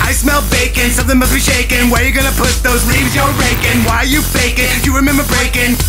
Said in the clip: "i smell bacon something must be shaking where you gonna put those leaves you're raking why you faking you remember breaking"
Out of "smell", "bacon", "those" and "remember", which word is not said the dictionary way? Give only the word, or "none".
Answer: none